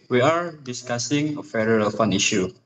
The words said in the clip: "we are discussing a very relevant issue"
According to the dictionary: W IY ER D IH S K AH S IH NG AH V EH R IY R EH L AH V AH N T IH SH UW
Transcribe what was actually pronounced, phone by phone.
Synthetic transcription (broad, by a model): W IY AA D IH S K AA S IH NG AH F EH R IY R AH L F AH N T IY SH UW